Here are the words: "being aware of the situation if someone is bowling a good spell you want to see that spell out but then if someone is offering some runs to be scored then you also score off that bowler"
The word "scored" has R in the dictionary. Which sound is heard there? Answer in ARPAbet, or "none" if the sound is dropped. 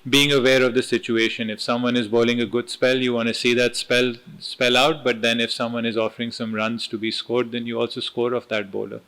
R